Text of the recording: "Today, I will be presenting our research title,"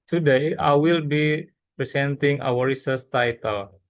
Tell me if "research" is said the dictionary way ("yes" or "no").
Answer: no